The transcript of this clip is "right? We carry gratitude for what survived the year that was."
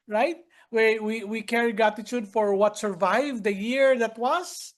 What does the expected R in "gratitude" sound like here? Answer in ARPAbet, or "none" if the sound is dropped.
none